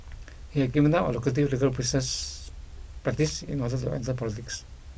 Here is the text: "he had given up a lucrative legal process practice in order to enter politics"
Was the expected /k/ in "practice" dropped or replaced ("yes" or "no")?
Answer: yes